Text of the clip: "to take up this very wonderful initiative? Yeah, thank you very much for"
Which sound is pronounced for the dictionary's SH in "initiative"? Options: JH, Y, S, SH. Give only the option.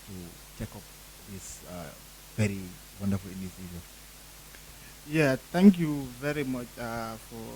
S